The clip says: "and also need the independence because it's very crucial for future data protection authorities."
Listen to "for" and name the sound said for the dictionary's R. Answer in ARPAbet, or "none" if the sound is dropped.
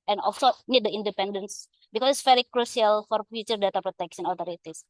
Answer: R